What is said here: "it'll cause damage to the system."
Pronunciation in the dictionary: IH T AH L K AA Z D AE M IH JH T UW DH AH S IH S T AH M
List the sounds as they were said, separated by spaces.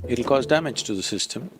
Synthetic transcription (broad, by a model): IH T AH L K AA Z D AE M IH JH T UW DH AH S IH S T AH M